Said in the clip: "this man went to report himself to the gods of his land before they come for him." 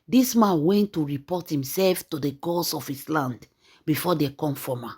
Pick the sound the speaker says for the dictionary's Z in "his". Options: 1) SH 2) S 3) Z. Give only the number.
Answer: 2